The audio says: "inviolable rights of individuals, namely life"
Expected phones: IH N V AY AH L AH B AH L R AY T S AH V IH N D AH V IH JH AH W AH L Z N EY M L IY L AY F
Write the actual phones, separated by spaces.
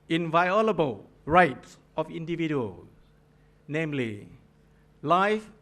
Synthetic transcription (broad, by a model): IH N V AY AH L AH B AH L R AY T S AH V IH N D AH V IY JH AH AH L N EY M L IY L AY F